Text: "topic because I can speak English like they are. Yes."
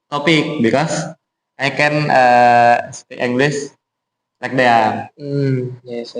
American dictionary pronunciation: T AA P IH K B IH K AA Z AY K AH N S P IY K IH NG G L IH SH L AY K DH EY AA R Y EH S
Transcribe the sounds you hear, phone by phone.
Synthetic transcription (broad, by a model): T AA P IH K B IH K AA S AY K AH N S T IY IH NG G L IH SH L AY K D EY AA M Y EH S